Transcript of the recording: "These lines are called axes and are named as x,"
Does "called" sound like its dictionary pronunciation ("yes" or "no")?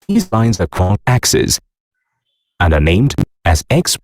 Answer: no